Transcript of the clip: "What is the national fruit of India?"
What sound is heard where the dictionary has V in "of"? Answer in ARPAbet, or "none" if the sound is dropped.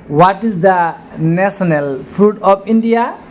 P